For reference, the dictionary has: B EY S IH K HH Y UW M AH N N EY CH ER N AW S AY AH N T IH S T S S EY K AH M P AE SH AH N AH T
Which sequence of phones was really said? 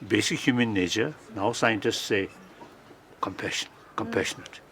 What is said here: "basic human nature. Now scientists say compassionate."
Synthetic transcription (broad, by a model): B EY S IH K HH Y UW M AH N N EY CH ER N AW S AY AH N T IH S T S SH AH K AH M P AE SH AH N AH T